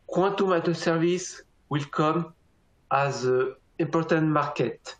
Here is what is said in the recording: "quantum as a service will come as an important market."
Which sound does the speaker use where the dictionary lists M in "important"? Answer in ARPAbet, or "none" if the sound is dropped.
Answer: none